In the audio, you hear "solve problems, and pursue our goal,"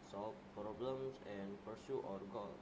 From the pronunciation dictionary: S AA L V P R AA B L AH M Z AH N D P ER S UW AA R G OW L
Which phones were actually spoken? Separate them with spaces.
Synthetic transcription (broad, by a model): S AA L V P R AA B L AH M S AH N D P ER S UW AA R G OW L